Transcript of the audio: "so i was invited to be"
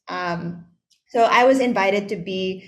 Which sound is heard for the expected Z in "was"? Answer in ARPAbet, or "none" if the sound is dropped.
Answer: Z